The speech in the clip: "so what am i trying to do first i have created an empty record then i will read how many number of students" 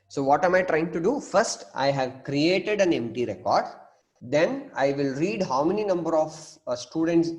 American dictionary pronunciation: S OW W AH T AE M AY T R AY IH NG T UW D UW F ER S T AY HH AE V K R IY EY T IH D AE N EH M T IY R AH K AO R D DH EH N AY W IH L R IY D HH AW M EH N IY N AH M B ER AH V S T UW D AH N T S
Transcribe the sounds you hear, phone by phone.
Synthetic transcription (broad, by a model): S OW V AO T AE M AY T R AY IH NG T UW D UW F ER S T AY HH AE V K R IY EY T IH D AE N EH M T IY R AH K AO R D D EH N AY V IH L R IY D HH AW M EH N IY N AH M B ER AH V S T UW D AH N T S